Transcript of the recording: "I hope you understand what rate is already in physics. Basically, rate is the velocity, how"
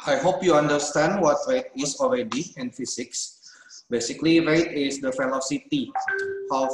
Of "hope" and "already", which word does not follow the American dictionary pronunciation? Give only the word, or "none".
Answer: none